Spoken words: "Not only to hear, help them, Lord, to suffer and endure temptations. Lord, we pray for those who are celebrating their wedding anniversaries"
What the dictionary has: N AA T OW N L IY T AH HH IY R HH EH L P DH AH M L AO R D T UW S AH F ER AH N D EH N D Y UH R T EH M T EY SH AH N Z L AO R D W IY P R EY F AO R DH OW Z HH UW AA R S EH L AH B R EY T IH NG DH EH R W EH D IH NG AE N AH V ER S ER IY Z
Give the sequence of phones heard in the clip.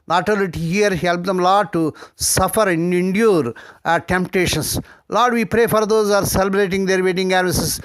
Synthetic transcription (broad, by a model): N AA T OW L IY T AH HH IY R HH EH L P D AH M L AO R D T UW S AH F ER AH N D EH N D Y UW R T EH M T EY SH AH N S L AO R D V IY P R EY F AO R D OW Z AA R S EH L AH B R EY T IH NG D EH R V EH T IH NG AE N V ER S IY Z